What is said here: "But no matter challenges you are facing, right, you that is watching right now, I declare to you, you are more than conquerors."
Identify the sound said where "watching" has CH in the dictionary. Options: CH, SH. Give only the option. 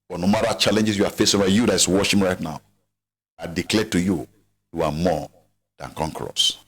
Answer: SH